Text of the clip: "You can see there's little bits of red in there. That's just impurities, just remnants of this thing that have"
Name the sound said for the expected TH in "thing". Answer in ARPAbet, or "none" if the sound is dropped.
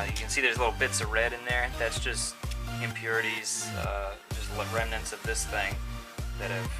TH